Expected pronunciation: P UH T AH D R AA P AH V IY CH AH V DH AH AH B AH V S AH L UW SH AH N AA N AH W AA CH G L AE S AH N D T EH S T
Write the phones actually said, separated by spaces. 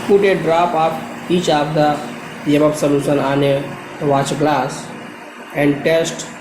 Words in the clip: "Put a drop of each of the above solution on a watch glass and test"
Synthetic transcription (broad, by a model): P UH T AH D R AA P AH P IY CH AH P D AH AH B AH P S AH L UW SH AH N AA N AH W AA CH G L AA S AH N D T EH S T